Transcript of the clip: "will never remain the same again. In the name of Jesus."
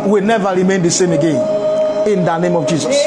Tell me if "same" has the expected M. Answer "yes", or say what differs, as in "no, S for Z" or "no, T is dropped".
yes